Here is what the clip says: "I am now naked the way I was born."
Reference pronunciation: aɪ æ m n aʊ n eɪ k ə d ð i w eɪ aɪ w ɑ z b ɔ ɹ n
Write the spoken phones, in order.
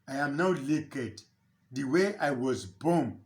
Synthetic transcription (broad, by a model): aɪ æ m n aʊ l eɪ k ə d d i w eɪ aɪ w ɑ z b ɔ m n